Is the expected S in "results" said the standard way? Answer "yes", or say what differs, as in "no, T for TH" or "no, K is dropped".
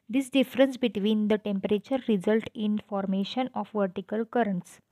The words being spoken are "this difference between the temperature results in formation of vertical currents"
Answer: no, S is dropped